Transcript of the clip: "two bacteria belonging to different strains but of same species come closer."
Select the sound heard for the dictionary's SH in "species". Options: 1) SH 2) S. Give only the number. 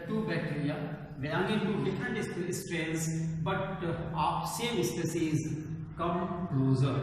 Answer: 2